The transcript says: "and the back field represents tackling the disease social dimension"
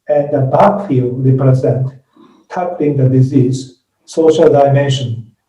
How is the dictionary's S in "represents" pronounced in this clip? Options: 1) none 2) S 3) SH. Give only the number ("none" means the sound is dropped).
1